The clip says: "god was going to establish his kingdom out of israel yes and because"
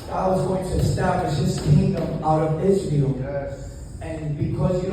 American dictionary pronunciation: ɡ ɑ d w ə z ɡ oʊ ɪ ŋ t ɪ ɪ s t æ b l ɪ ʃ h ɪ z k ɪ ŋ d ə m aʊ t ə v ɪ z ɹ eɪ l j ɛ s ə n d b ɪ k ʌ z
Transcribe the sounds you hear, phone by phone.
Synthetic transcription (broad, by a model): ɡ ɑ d w ə z ɡ oʊ ɪ ŋ t ɪ ɪ s t æ b l ɪ ʃ h ɪ z k ɪ ŋ d ə m aʊ t ə v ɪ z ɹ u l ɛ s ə n b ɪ k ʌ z